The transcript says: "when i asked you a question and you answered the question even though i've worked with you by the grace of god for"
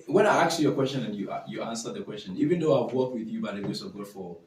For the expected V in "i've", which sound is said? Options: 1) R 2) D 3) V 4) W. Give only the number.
4